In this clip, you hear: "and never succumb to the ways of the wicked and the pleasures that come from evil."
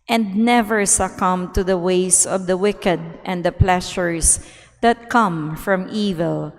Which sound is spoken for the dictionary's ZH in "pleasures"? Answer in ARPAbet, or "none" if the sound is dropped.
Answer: SH